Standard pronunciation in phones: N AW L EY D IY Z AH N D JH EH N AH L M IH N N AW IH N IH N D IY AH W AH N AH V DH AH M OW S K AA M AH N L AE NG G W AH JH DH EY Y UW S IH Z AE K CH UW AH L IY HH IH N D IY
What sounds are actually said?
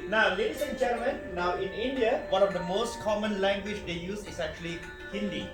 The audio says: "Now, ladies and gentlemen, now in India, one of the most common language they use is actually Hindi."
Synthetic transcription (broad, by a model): N AW L EY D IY S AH N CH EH AH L M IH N N AW IH N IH N D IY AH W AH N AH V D AH M OW S K AA M AH N L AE NG G W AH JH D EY Y UW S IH S AE K CH UW AH L IY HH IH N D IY